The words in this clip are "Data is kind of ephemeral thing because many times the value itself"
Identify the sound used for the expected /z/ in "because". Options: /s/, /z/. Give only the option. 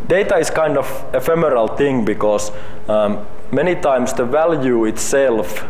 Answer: /s/